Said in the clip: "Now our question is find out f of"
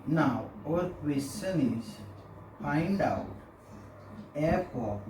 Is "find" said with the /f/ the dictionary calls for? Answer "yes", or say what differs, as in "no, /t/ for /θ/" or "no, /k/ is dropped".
no, /p/ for /f/